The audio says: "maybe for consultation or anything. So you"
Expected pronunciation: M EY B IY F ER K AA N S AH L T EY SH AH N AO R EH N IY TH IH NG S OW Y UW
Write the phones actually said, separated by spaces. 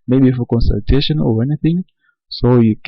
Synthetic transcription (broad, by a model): M EY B IY F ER K AA N S AH L T EY SH AH N AO R EH N IY TH IH NG S OW Y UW